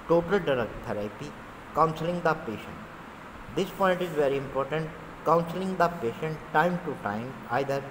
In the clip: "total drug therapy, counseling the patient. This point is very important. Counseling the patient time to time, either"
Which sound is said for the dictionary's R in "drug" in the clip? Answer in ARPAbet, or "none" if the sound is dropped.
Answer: none